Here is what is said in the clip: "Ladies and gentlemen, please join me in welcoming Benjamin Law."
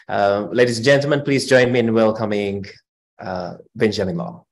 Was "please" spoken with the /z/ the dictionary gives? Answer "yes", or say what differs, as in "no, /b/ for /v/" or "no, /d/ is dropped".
yes